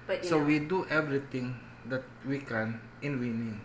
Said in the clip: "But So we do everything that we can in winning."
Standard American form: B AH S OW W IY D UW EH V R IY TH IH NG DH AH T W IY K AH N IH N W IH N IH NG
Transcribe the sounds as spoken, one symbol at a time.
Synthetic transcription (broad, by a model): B S OW W IY D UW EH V R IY T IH NG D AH T W IY K AH N IH N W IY N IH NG